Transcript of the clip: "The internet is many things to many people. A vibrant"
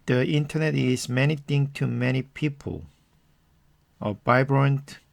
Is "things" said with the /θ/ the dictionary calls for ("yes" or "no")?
no